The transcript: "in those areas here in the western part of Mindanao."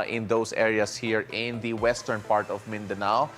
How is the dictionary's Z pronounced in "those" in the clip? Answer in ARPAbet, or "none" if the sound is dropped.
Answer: S